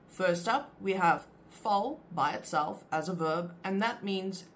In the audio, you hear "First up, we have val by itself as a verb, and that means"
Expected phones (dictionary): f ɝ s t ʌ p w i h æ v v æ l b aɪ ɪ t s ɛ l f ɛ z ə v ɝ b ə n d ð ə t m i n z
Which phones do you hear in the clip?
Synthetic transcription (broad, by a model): f ɝ s t ʌ p w i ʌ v f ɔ l b aɪ ɪ t s ɛ l f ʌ z ə v ɝ b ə n ð ə t m i n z